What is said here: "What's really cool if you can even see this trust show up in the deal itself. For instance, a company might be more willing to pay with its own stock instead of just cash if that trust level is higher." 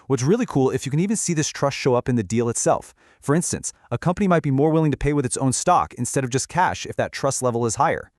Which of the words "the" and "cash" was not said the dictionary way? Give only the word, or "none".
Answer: none